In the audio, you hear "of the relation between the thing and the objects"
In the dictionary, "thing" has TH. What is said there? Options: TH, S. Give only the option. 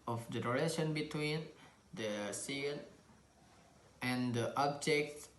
S